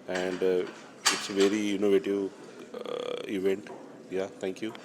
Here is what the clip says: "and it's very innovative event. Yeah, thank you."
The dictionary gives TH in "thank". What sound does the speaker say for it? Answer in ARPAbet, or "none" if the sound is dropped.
T